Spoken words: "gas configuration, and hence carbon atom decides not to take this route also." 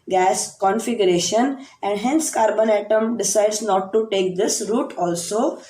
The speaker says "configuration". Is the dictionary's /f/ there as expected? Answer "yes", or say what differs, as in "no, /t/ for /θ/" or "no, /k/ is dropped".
yes